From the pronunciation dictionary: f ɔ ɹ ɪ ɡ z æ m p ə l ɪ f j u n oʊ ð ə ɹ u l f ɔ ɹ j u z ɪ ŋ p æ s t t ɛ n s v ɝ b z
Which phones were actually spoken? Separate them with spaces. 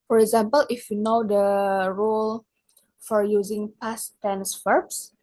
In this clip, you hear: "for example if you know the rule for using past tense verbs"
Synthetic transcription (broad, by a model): f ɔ ɹ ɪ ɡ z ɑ m p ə l ɪ f j u n oʊ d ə ɹ u l f ɔ ɹ j u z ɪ ŋ p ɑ s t t ɛ n s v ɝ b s